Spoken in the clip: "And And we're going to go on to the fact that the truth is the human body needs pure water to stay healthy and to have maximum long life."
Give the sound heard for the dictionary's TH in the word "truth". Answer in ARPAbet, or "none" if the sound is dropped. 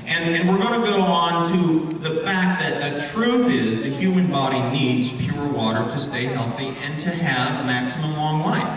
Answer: TH